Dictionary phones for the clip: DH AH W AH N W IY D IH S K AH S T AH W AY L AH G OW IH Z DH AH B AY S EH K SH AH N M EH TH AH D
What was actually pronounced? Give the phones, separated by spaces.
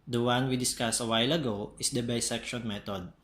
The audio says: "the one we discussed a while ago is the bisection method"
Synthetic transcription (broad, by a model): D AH W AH N W IY D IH S K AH S AH W AY L AH G OW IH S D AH B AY S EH K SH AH N M EH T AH D